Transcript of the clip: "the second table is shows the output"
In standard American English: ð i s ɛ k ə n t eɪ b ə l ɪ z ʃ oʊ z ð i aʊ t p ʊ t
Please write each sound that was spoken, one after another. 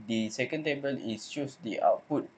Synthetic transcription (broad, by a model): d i s ɛ k ə n t eɪ b ə l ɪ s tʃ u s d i aʊ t p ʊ t